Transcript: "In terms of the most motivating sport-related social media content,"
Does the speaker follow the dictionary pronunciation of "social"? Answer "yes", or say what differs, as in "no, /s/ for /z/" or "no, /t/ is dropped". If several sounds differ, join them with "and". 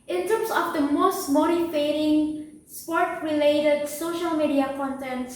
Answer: yes